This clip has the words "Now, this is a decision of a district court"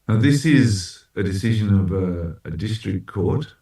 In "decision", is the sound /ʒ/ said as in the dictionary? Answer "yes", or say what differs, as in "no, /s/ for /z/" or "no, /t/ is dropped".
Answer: yes